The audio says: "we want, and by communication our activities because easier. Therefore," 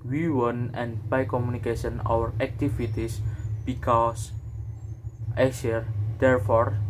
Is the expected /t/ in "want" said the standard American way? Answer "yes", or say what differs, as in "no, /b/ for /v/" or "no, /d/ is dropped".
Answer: no, /t/ is dropped